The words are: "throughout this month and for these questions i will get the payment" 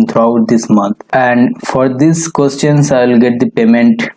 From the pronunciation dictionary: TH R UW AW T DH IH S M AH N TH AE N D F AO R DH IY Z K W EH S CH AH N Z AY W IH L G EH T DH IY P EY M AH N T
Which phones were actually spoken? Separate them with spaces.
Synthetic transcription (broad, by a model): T R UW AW T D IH S M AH N T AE N D F AO R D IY S K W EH S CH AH N S AY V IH L G EH T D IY P EY M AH N T